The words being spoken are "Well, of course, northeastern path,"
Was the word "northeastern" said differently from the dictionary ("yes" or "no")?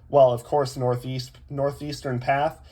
no